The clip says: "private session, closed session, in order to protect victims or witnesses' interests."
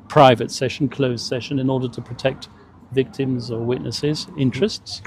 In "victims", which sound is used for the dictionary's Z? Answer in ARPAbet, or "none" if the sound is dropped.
Z